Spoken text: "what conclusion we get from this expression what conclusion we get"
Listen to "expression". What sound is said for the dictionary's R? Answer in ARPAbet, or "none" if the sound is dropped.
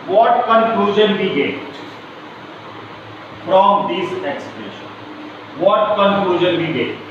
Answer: none